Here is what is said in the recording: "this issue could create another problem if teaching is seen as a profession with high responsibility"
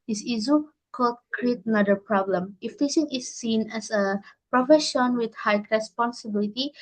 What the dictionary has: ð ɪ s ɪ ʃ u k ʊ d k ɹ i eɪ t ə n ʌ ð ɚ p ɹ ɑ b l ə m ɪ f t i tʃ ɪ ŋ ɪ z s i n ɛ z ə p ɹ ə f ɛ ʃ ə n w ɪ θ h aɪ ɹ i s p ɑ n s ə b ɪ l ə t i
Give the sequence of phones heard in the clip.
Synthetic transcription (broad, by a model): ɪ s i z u k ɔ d k ɹ i eɪ t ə n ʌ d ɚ p ɹ ɑ b l ə m ɪ f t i s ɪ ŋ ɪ s i n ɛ s ə p ɹ ə f ɛ ʃ ə n w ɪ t h aɪ ɹ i s p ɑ n s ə b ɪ l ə t i